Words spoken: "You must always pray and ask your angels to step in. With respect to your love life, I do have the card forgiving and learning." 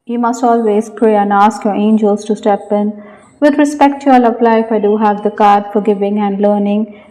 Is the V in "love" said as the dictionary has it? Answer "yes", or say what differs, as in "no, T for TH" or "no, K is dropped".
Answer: no, P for V